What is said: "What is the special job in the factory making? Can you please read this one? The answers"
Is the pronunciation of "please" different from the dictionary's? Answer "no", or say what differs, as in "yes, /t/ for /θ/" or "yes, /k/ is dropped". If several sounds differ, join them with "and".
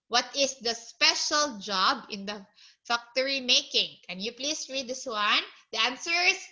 yes, /s/ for /z/